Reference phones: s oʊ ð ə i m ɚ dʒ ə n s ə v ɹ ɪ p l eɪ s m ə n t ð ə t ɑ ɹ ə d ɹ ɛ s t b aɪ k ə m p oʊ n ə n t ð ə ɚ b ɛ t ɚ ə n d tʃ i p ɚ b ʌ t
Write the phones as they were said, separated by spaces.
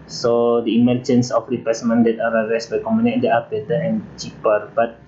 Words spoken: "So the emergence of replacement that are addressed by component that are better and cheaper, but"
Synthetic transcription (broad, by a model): s oʊ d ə i m ɚ dʒ ə n s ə f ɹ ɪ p eɪ s m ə n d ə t ɑ ɹ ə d ɹ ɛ s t b aɪ k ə m oʊ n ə t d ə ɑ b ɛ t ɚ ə n tʃ i p ɚ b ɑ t